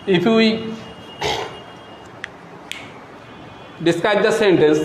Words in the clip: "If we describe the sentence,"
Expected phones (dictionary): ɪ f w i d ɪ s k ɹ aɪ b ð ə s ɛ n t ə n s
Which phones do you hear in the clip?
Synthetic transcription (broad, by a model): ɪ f w i d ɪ s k aɪ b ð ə s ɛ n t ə n s